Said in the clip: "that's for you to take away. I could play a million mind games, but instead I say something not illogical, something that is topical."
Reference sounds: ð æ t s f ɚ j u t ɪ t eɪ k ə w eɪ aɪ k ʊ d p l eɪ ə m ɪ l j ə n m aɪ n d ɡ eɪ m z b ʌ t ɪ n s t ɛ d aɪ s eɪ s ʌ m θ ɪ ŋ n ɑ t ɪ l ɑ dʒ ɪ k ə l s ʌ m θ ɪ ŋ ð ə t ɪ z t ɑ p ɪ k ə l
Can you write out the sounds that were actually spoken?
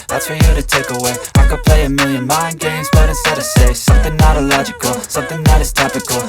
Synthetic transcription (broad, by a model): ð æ t s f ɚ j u t ɪ t eɪ k ə w eɪ aɪ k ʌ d p l eɪ ə m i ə n m aɪ n ɡ eɪ m z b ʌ t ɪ s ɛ d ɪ s eɪ s ʌ m θ ɪ ŋ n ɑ t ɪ l ɑ dʒ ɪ k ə l s ʌ m θ ɪ ŋ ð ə t ɪ z t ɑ p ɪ k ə l